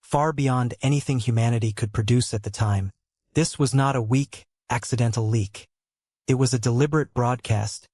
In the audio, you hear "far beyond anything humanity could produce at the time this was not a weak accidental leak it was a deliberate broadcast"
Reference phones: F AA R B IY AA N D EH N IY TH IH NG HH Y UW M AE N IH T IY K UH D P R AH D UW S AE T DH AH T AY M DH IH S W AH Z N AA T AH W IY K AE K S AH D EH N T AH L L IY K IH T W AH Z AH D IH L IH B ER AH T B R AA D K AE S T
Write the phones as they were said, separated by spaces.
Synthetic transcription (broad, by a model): F AA R B IY AA N D EH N IY TH IH NG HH Y UW M AE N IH T IY K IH D P R AH D UW S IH T DH AH T AY M DH IH S W AH Z N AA T AH W IY K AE K S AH D EH N T L L IY K IH T W AH Z AH D IH L IH B ER AH T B R AA D K AE S T